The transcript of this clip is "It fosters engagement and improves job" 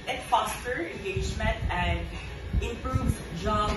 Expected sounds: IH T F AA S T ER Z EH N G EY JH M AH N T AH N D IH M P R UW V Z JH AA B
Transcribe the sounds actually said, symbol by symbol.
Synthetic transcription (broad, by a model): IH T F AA S T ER EH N G EY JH M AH N T AH N D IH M P R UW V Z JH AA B